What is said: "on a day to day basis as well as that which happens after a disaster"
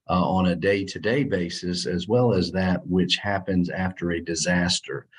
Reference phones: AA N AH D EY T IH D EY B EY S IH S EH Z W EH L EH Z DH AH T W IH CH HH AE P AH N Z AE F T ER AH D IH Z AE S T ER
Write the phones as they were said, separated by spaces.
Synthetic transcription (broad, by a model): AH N AH D EY T IH D EY B EY S IH S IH Z W EH L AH Z DH AH T W IH CH HH AE P AH N Z AE F T ER AH D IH Z AE S T ER